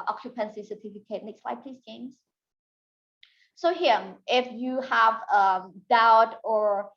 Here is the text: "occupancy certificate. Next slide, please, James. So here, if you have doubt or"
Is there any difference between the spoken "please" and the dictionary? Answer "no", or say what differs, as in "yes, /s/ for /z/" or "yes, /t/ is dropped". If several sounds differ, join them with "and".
yes, /s/ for /z/